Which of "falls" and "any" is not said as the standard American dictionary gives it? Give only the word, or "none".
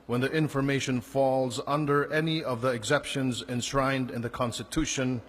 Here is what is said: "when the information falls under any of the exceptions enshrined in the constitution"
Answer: none